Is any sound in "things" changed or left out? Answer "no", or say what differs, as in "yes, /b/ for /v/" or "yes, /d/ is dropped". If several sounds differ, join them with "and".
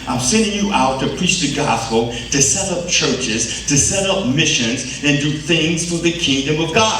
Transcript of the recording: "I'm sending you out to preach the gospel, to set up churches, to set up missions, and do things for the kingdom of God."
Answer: no